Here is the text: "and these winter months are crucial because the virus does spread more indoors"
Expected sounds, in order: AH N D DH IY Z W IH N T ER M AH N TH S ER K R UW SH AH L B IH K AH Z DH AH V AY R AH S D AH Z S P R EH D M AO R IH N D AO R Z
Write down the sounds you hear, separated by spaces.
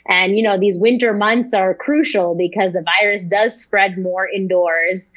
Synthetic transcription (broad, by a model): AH N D DH IY Z W IH N T ER M AH N TH S ER K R UW SH L B IH K AH Z DH AH V AY R AH S D AH Z S P R EH D M AO R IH N D AO R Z